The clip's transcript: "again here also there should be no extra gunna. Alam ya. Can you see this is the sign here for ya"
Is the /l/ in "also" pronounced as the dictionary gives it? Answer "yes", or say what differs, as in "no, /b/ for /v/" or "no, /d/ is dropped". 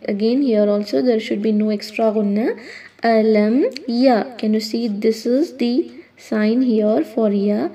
yes